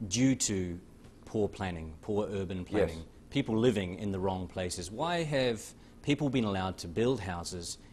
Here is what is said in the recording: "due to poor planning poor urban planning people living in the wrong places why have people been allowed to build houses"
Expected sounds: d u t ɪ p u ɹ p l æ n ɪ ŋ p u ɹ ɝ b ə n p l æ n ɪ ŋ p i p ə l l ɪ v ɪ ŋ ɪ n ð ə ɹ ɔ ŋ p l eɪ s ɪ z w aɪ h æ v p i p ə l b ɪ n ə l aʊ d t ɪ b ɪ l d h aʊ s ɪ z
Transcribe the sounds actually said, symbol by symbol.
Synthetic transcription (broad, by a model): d u t ɪ p u ɹ p l æ n ɪ ŋ p u ɹ ɝ b ə n p l æ n ɪ ŋ p i p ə l l ɪ v ɪ ŋ ɪ n ð ə ɹ ɔ ŋ p l eɪ s ɪ z w aɪ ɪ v p i p l b ɪ n ə l aʊ d t ɪ b ɪ l d h aʊ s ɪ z